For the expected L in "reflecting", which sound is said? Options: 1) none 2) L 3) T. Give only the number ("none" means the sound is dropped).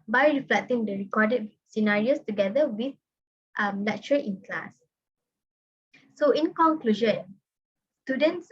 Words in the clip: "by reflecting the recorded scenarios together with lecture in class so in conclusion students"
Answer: 2